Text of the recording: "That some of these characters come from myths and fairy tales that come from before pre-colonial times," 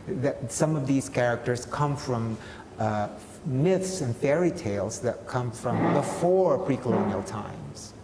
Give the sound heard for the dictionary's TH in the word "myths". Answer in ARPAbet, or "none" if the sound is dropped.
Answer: TH